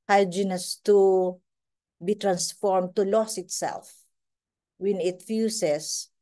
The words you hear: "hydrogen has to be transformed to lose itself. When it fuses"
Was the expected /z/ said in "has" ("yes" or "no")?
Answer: no